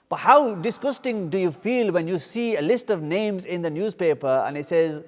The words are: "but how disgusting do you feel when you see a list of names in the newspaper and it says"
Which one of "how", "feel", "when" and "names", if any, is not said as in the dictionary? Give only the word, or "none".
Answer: none